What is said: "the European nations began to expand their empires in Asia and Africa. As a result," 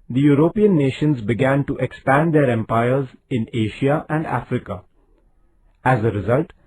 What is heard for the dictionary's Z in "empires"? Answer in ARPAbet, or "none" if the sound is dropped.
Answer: Z